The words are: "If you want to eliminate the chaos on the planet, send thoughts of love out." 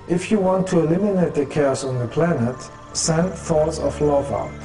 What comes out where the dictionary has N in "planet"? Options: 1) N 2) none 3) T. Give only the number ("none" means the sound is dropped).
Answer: 1